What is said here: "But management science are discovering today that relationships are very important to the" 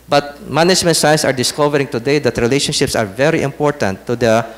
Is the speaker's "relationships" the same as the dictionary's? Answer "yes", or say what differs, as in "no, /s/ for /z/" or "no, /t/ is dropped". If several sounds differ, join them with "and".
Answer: yes